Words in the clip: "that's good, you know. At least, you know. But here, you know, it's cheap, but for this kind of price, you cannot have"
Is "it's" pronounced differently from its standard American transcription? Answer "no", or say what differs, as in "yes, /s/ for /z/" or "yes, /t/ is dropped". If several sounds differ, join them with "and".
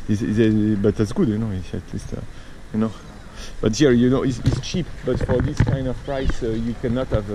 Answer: yes, /s/ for /t/